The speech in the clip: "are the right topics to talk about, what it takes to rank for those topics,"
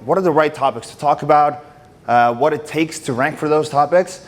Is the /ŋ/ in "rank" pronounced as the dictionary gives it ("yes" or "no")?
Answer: yes